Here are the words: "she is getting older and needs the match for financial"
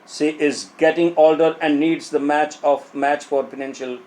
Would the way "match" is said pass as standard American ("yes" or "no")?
yes